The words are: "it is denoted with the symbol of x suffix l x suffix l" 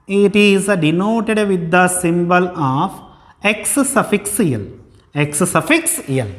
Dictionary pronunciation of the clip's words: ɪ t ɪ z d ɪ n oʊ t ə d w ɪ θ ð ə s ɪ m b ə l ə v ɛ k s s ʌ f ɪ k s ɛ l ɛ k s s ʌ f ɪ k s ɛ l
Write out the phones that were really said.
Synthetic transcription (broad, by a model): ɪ t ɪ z d ɪ n oʊ t ə d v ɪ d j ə s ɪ m b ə l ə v ɛ k s s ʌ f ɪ k s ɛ l ɛ k s s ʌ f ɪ k s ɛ l